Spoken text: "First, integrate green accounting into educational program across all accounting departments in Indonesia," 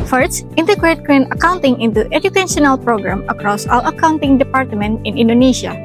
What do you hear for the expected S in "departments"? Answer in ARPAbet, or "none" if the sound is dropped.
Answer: none